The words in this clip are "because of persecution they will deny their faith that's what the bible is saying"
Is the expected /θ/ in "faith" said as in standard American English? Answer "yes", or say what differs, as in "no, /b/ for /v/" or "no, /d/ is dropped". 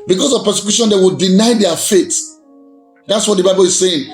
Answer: no, /t/ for /θ/